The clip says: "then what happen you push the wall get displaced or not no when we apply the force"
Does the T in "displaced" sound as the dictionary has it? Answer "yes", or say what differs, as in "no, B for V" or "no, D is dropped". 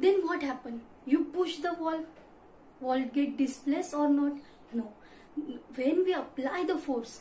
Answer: no, T is dropped